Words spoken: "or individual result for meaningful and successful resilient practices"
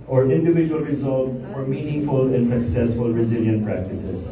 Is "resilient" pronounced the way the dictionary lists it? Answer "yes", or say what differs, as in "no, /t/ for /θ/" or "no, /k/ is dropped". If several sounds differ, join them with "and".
yes